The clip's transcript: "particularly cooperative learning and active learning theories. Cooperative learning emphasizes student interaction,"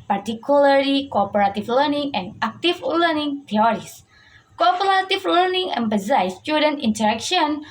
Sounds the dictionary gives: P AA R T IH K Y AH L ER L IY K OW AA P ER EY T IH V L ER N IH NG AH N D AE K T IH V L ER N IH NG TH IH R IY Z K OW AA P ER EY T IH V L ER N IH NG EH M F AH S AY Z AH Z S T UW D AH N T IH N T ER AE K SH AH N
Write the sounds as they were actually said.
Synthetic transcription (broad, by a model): P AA R T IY K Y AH L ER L IY K OW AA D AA T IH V L ER N IH NG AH N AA K T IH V L ER N IH NG T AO R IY S K OW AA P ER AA T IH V L ER N IH NG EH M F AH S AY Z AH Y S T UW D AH N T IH N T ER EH K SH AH N